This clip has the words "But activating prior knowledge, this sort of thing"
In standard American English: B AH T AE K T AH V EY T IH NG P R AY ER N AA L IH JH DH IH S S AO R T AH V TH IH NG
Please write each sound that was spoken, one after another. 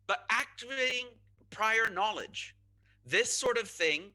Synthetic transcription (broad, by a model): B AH T AE K T AH V EY T IH NG P R AY ER N AA L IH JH DH IH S S AO R T AH V TH IH NG